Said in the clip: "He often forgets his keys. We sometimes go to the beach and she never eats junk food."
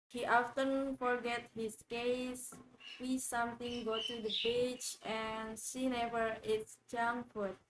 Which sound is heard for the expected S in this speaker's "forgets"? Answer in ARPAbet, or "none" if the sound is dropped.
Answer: none